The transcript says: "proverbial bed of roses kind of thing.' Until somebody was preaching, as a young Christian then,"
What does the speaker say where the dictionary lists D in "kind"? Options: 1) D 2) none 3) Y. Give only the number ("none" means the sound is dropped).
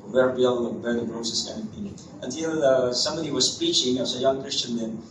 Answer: 2